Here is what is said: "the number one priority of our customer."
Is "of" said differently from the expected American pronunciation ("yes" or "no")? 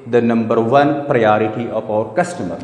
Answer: yes